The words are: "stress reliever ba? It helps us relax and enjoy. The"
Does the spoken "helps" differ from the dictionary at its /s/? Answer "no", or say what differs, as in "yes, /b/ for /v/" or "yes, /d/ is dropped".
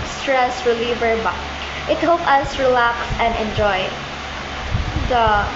yes, /s/ is dropped